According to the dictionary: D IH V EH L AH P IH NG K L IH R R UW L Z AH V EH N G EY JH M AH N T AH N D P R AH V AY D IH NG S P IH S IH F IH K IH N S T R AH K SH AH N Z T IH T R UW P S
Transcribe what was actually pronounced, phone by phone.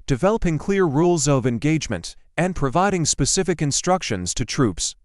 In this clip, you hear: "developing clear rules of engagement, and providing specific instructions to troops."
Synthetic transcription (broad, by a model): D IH V EH L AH P IH NG K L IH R R UW L Z AH V EH N G EY JH M AH N T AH N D P R AH V AY D IH NG S P IH S IH F IH K IH N S T R AH K SH AH N Z T IH T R UW P S